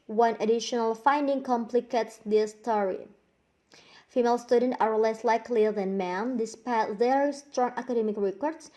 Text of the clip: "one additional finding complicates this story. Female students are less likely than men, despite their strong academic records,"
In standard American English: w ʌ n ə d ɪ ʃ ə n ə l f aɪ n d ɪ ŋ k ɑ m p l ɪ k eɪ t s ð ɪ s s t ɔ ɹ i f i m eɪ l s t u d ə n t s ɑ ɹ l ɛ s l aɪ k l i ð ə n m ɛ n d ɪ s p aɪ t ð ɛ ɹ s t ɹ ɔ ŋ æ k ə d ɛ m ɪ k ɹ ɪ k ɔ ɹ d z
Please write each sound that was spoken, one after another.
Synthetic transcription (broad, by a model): w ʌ n ə d ɪ ʃ ə n ə l f aɪ n d ɪ ŋ k ɑ m p l ɪ k eɪ t s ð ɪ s s t ɔ ɹ i f i m eɪ l s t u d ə n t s ɑ ɹ l ɛ s l aɪ k l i ð ə n m ɛ n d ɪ s p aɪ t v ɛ ɹ s t ɹ ɔ ŋ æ k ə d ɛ m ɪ k ɹ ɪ k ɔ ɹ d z